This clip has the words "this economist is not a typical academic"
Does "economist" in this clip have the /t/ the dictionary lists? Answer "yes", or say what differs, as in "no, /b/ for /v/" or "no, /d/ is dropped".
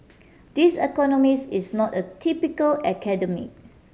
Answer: no, /t/ is dropped